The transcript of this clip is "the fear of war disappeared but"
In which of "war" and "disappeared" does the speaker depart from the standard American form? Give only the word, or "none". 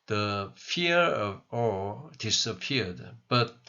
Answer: war